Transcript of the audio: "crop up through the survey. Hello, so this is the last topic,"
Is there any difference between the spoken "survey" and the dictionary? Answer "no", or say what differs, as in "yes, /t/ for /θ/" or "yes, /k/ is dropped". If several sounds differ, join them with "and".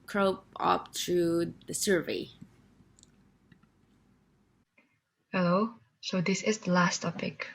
no